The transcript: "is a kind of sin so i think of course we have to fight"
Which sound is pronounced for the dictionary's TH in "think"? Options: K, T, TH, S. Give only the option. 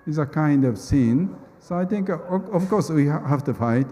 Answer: T